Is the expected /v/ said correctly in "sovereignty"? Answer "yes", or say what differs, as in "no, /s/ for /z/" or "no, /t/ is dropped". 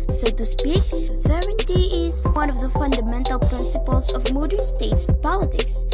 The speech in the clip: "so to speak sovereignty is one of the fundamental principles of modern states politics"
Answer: no, /v/ is dropped